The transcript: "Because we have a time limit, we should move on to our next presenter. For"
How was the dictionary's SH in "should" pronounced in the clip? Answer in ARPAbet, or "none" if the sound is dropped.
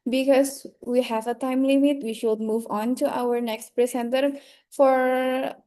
SH